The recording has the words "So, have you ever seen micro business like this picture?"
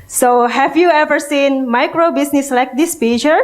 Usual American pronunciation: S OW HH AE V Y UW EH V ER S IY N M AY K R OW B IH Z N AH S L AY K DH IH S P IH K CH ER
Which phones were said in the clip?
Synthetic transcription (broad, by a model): S OW HH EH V Y UW EH V ER S IY N M AY K R OW B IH S N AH S L AY K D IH S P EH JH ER